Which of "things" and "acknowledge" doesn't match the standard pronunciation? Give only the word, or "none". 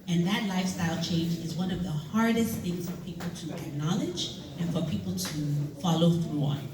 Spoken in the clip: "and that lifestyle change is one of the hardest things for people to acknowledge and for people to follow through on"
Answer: none